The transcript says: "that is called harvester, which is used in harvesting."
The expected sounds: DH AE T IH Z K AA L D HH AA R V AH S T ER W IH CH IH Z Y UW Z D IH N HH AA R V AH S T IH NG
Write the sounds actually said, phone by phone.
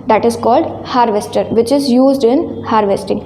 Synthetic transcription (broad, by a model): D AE T IH Z K AA L D HH AA R V AH S T ER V IH CH IH Z Y UW Z D IH N HH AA R V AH S T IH NG